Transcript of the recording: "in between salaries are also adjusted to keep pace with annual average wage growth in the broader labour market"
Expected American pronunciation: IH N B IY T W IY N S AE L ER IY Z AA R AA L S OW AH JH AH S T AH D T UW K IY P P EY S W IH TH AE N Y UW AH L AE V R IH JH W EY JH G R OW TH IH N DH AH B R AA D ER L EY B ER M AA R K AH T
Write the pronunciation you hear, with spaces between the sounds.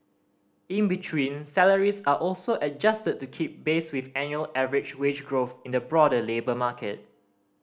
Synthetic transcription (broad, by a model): IH N B IY T W IY N S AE L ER IY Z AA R AA L S OW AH JH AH S T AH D T UW K IY P B EY S W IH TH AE N Y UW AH L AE V R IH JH W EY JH G R OW TH IH N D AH B R AA D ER L EY B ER M AA K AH T